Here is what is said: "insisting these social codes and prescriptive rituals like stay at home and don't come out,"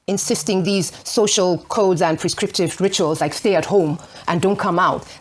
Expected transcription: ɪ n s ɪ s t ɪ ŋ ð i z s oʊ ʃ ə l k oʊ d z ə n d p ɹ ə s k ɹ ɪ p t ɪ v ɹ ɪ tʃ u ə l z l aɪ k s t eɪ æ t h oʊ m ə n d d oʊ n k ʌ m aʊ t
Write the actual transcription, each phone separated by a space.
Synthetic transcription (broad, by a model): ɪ n s ɪ s t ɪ ŋ ð i z s oʊ ʃ ə l k oʊ d z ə n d p ɹ ə s k ɹ ɪ p t ɪ v ɹ ɪ tʃ u ə l z l aɪ k s t eɪ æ t h oʊ m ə n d d oʊ n k ʌ m aʊ t